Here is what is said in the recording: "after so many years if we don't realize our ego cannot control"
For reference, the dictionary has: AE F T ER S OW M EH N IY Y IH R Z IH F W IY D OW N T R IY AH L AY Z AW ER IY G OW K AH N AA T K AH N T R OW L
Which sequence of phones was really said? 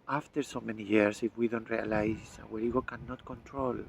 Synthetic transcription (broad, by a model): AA F T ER S OW M EH N IY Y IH R S IH F W IY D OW N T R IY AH L AY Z AW ER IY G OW K AH N AA T K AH N T R OW L